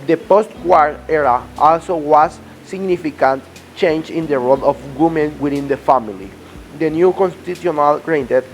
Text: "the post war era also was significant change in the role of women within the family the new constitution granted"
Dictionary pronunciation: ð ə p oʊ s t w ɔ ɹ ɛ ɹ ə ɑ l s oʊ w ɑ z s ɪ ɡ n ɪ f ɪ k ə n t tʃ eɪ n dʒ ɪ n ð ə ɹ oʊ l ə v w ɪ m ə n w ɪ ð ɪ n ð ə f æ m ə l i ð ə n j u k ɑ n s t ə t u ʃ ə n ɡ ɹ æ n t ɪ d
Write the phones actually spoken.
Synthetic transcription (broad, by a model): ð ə p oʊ s t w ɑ ɹ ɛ ɹ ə ɑ l s oʊ w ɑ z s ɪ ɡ n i f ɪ k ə n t tʃ eɪ n dʒ ɪ n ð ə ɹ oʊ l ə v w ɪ m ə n w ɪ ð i n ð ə f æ m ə l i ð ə n j u k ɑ n s t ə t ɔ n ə l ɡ ɹ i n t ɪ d